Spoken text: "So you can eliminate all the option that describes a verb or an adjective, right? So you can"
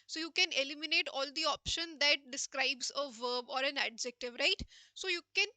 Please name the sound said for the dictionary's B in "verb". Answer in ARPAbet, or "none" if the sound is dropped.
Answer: B